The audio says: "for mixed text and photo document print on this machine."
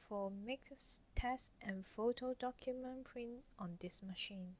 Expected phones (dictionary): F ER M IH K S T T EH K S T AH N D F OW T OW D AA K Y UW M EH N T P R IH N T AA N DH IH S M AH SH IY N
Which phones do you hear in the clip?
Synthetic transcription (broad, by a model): F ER M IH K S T T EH S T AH N F OW T OW D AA K Y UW M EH N P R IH N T AA N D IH S M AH SH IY N